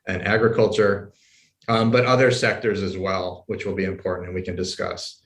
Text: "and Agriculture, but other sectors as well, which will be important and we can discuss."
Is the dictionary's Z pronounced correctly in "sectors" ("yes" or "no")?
yes